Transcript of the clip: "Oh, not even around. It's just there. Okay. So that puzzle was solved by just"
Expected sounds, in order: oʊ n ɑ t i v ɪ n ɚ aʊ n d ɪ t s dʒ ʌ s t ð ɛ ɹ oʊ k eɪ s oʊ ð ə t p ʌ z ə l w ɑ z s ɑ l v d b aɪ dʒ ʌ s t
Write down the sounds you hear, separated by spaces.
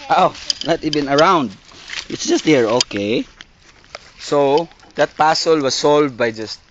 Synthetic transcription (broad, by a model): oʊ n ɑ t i b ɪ n ɚ aʊ n d ɪ t s dʒ ʌ s t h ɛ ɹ oʊ k eɪ s oʊ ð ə t p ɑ s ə l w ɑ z s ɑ l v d b aɪ dʒ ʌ s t